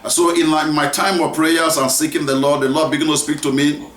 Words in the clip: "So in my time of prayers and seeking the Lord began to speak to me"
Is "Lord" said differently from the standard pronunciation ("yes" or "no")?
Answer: yes